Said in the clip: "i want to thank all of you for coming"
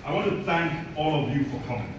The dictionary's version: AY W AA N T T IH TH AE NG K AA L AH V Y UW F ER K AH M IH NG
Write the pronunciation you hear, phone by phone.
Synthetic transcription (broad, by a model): AY W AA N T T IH TH AE NG K AA L AH V Y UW F ER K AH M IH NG